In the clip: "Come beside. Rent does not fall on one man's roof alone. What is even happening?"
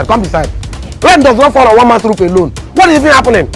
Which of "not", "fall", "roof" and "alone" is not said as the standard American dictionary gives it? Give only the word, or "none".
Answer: roof